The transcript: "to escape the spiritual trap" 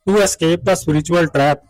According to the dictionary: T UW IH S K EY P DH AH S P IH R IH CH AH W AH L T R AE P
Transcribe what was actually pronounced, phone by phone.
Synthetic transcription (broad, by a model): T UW IH S K EY P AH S UW R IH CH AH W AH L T R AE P